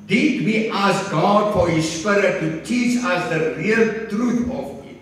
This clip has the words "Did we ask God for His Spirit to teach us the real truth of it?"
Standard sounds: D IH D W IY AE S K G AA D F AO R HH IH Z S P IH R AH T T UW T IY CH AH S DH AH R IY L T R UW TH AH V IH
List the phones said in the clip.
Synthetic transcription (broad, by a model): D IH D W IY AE S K G AA D F AO R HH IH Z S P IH R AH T T UW T IY CH AH S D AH R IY L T R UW T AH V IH